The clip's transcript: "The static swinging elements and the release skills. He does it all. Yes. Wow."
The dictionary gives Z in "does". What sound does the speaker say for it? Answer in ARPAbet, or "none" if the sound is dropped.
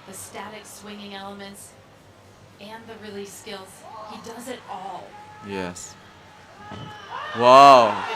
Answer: Z